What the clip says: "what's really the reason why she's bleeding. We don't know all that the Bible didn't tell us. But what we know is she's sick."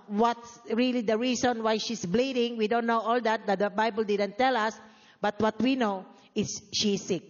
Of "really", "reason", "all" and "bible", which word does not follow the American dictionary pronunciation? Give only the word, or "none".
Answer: reason